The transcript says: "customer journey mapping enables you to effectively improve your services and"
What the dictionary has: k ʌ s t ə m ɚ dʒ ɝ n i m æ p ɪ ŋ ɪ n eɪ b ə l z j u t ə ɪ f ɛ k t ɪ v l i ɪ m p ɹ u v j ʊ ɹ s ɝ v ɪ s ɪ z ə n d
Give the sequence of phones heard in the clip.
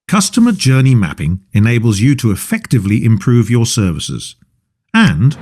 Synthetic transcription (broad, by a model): k ʌ s t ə m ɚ dʒ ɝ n i m æ p ɪ ŋ ɪ n eɪ b ə l z j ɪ t ə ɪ f ɛ k t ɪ v l i ɪ m p ɹ u v j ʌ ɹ s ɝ v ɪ s ɪ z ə n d